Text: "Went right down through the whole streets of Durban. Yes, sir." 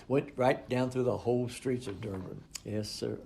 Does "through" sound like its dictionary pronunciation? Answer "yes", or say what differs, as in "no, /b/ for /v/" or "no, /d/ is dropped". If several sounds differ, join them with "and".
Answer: yes